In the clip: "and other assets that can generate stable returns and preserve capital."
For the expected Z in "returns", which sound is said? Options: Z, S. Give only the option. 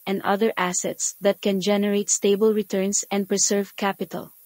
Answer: S